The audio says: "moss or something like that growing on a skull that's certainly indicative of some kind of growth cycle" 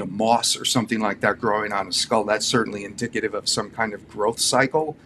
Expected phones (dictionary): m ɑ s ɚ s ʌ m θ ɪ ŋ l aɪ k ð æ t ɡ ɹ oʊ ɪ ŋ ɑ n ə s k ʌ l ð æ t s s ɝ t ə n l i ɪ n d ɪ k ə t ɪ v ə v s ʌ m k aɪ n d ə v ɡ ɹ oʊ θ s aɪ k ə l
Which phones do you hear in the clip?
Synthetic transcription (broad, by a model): m ɑ s ɚ s ʌ m θ ɪ ŋ l aɪ k ð æ t ɡ ɹ oʊ ɪ ŋ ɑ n ə s k ʌ l ð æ t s s ɝ t n l i ɪ n d ɪ k ə t ɪ v ə v s ʌ m k aɪ n d ə v ɡ ɹ oʊ θ s aɪ k l